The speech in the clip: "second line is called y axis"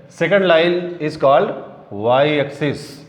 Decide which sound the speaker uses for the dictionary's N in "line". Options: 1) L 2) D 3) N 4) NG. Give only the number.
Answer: 1